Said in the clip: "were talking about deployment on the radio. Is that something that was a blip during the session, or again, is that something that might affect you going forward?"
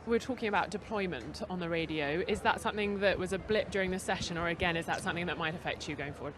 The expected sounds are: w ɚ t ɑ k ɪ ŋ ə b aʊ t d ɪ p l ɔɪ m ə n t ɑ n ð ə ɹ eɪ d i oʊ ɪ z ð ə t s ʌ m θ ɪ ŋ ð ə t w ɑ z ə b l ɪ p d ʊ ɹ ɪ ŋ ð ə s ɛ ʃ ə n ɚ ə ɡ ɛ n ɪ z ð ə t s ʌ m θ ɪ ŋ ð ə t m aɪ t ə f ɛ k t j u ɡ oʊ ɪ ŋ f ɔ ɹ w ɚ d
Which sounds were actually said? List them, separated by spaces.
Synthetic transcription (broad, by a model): w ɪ t ɑ k ɪ ŋ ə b aʊ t d ɪ p l ɔɪ m ə n t n ð ə ɹ eɪ d i oʊ ɪ z ð ə t s ʌ m θ ɪ ŋ ð ə t w ɑ z ə b l ɪ p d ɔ ɹ ɪ ŋ ð ə s ɛ ʃ ə n ɚ ə ɡ ɛ n ɪ z ð ə t s ʌ m θ ɪ ŋ ð ə t m aɪ t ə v ɛ k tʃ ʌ ɡ oʊ ɪ ŋ f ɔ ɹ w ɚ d